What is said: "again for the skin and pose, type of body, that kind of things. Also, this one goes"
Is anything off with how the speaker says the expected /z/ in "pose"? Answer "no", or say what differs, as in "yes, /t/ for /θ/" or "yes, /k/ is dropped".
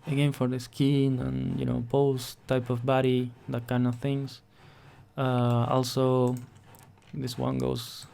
yes, /s/ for /z/